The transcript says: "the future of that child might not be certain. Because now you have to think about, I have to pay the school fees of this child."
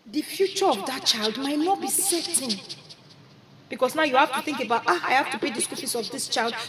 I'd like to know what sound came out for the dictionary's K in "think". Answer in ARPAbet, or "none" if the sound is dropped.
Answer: K